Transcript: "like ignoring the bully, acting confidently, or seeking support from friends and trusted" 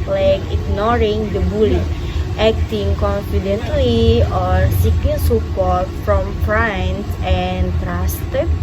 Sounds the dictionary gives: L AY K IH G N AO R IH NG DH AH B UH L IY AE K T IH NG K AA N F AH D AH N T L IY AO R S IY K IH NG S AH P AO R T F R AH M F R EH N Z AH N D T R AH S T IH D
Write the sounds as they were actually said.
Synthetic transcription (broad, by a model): L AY K IH G N AO R IH NG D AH B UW L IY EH K T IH NG K AA N F AH D AH N T L IY AO R S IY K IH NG S AH P AO R T F R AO M P R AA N S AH N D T R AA S T